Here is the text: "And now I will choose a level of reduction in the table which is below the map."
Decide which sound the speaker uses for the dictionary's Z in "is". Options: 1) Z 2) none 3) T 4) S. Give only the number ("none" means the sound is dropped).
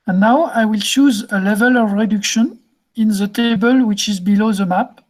1